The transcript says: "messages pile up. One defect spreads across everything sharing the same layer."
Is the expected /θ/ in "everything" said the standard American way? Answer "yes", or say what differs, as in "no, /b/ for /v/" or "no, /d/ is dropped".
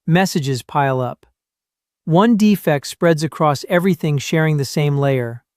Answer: yes